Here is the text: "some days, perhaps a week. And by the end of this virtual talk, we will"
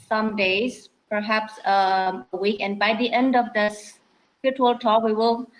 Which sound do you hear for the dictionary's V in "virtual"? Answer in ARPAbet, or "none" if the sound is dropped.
F